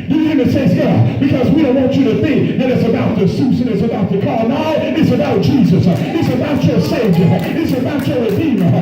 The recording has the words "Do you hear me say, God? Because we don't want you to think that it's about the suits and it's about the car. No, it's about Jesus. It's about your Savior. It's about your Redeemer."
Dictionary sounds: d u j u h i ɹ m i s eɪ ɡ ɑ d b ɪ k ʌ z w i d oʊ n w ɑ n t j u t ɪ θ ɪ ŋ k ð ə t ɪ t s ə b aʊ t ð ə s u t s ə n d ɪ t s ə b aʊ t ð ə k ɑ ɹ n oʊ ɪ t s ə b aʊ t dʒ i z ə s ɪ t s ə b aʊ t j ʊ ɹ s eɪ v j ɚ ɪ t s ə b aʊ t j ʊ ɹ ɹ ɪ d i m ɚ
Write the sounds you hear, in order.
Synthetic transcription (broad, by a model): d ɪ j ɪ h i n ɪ s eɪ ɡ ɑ b ɪ k ʌ z w i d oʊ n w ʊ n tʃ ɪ t ɪ θ ɪ ŋ k ð ə t ɪ t s ə b aʊ t ð ə s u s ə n ɪ t s ə b aʊ t ð ə k ɑ ɹ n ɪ ɪ t s ə b aʊ t dʒ i z ə s ɪ t s ə b aʊ t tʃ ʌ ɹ s eɪ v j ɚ ɪ t s ə b aʊ t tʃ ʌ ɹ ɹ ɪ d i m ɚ